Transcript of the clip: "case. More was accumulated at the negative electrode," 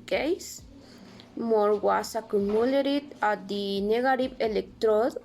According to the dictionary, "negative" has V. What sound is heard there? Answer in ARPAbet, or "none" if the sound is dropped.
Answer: P